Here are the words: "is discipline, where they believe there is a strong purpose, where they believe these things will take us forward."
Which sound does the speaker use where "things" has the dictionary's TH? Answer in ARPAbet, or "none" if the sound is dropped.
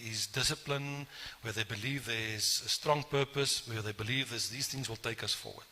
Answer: TH